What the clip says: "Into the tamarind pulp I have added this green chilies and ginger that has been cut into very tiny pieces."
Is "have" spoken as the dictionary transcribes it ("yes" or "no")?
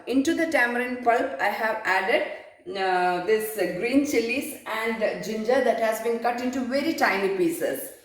yes